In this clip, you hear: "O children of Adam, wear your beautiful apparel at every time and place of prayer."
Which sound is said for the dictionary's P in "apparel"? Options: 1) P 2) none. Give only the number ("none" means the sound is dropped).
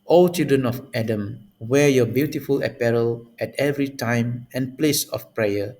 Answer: 1